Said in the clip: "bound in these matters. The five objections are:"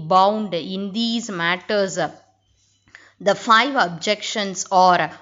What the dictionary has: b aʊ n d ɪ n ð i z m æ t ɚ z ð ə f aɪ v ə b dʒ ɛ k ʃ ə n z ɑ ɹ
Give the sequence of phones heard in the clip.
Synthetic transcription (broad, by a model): b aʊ n d ɪ n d i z m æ t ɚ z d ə f aɪ v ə b dʒ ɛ k ʃ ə n s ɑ ɹ